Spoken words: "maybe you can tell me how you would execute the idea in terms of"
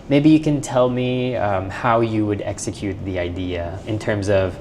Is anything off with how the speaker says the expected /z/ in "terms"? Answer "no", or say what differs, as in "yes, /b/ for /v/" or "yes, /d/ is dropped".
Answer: no